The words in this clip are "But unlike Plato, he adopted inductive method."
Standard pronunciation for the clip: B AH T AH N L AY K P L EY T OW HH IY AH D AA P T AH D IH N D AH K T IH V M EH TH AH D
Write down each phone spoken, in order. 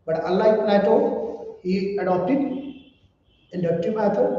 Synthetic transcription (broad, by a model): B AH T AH L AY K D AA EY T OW HH IY AH D AA P T AH D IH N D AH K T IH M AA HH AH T